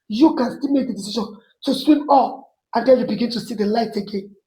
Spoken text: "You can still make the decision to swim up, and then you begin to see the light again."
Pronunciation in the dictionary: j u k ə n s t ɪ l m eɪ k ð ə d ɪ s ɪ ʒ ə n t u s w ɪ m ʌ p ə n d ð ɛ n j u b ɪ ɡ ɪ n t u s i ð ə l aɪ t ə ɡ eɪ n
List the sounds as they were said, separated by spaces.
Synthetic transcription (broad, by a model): j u k ə n s t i l m eɪ k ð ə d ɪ s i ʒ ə n t u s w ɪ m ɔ f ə n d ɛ l j u b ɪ ɡ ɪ n t u s i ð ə l aɪ t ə ɡ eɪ n